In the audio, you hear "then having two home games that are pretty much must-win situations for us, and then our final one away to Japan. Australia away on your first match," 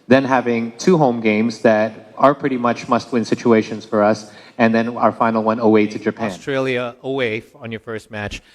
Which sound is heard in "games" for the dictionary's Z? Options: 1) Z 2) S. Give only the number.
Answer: 1